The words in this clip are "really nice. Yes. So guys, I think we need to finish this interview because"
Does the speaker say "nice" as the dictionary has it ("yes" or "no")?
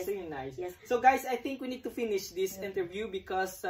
no